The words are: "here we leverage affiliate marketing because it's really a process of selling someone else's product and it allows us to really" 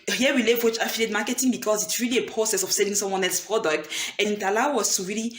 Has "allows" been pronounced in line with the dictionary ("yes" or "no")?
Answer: no